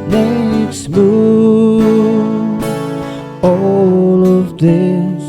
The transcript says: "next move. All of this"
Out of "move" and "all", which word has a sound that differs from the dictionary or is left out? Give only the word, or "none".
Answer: move